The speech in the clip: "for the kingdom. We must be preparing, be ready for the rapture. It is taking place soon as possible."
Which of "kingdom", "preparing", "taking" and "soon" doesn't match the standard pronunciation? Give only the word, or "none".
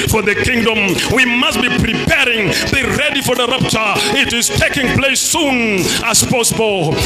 none